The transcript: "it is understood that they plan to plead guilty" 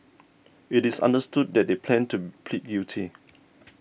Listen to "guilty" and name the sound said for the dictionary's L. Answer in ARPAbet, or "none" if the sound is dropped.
none